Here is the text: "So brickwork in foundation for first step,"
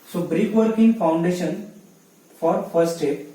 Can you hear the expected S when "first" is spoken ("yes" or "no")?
no